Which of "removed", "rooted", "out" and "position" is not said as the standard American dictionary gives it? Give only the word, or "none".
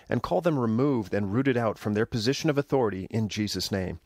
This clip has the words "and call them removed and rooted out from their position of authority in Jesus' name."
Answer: none